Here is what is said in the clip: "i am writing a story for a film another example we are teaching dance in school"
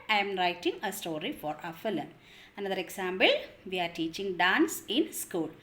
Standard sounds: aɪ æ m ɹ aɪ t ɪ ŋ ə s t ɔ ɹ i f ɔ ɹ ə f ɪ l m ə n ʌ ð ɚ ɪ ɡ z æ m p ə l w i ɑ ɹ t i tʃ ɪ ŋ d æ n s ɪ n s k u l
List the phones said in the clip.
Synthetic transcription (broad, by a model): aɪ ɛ m ɹ aɪ t ɪ ŋ ə s t ɔ ɹ i f ɔ ɹ ə f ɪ l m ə n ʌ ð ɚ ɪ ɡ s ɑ m b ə l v i ɑ ɹ t i tʃ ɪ ŋ d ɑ n s ɪ n s k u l